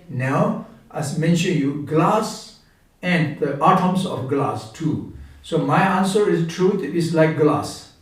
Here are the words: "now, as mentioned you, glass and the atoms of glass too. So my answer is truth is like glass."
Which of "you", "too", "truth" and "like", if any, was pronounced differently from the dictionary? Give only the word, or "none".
truth